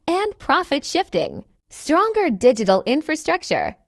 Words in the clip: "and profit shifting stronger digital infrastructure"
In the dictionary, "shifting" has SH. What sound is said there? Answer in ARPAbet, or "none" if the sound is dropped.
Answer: SH